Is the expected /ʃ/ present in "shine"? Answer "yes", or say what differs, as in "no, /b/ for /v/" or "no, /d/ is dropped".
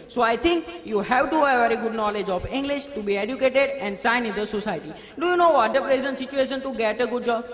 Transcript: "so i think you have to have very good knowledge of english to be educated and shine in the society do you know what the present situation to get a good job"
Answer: no, /s/ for /ʃ/